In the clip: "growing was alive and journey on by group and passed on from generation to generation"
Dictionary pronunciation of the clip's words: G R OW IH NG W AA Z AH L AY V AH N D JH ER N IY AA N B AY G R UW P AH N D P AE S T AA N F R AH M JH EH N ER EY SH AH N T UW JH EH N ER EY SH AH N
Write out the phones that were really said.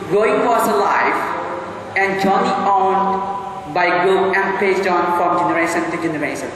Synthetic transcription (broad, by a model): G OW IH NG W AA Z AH L AY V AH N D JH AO N IY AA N B AY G AO AH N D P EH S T AA N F R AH M JH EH N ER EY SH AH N T UW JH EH N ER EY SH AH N